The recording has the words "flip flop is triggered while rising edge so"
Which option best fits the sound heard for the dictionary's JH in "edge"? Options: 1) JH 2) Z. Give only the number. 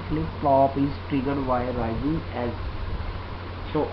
2